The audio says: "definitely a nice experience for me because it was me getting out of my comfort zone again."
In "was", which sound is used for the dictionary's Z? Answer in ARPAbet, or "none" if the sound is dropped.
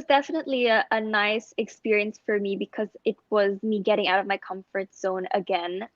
Z